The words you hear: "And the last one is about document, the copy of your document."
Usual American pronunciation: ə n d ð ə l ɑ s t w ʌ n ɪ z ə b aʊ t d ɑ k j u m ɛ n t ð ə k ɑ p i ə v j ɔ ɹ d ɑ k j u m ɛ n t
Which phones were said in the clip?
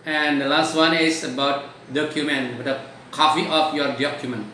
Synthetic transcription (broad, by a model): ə n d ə l ɑ s t w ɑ n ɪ s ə b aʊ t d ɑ k j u m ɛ n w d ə k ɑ f i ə f j ɔ ɹ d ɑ k j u m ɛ n